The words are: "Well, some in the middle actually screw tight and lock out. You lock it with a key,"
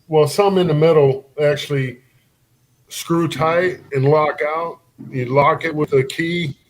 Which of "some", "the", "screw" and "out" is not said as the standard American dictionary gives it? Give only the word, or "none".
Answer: none